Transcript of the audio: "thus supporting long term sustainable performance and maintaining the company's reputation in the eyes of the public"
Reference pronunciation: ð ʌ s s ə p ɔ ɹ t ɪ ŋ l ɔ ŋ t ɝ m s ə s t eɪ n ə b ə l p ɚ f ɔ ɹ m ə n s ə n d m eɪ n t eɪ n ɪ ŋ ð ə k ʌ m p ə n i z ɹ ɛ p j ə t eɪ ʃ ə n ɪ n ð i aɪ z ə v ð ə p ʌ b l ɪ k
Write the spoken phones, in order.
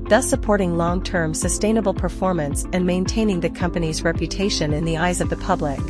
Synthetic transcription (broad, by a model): ð ʌ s s ə p ɔ ɹ t ɪ ŋ l ɔ ŋ t ɝ m s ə s t eɪ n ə b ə l p ɚ f ɔ ɹ m ə n s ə n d m eɪ n t eɪ n ɪ ŋ ð ə k ʌ m p ə n i z ɹ ɛ p j ə t eɪ ʃ ə n ɪ n ð i aɪ z ə v ð ə p ʌ b l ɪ k